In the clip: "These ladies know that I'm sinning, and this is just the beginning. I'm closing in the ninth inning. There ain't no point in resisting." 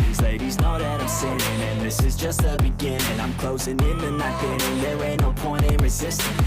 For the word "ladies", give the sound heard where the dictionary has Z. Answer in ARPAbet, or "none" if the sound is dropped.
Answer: Z